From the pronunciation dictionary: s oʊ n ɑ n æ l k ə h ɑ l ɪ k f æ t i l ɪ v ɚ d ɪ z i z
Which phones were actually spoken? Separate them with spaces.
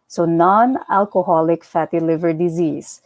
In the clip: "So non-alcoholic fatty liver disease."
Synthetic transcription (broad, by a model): s oʊ n ɑ n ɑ l k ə h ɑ l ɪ k f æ t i l ɪ v ɚ d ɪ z i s